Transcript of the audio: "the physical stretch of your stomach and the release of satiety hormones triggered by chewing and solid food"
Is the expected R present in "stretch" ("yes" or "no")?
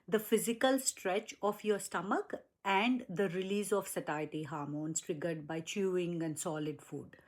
yes